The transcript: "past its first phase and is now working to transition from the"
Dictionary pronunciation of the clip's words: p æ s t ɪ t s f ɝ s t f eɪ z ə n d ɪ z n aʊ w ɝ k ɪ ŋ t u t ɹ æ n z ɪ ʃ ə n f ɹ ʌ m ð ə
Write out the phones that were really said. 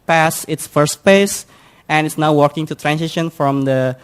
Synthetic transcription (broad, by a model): p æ s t ɪ t s f ɝ s t p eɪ s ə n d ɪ s n aʊ w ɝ k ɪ ŋ t u t ɹ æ n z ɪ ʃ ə n f ɹ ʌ m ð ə